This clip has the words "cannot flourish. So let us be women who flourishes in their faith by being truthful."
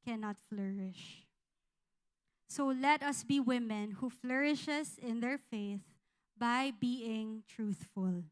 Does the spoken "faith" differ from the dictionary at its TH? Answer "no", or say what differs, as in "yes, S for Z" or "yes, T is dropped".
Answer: no